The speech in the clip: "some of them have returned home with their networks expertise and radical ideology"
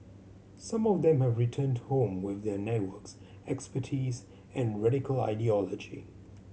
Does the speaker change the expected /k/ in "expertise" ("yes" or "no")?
no